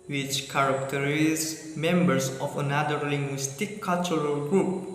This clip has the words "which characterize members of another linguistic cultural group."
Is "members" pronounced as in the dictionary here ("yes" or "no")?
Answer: no